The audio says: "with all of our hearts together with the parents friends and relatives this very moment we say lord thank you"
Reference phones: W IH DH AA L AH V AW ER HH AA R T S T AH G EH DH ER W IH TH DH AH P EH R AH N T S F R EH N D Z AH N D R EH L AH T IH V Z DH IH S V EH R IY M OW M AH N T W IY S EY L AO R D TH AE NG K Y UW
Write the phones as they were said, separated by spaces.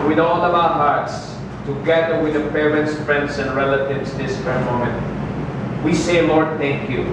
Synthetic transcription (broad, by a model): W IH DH AA L AH V AW ER HH AA R T S T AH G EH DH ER W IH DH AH P EH R AH N T S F R EH N D S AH N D R EH L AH T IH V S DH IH S F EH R M OW M AH N T W IY S EY L AO R D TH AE NG K Y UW